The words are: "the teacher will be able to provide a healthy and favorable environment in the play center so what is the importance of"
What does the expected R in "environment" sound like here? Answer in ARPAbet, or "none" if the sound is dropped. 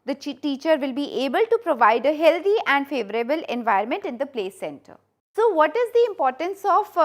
none